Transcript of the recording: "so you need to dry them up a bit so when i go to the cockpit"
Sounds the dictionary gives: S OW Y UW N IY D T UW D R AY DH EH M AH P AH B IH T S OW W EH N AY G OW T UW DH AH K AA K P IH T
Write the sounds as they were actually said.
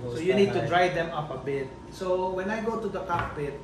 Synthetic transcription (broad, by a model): S OW Y UW N IY D T UW D R AY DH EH M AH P AH B IH T S OW W EH N AY G OW T UW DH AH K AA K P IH T